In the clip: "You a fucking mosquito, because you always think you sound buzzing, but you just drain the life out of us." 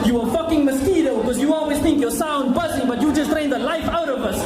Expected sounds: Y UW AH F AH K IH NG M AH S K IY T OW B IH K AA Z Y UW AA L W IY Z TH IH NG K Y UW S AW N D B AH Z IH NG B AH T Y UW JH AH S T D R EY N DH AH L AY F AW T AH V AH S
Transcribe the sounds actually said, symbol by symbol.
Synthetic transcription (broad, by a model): Y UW AH F AH K IH NG M AH S K IY T OW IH K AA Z Y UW AA L W IY Z TH IH NG K Y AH S AW N D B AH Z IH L B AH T Y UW JH AH S T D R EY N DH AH L AY F AW T AH V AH S